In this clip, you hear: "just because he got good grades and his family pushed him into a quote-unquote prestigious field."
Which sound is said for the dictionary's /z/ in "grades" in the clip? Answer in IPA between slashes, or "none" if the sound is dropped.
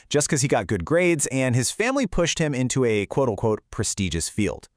/z/